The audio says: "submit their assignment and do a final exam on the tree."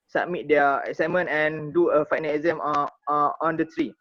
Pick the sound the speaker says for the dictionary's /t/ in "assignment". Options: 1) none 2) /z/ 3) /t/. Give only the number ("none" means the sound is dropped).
1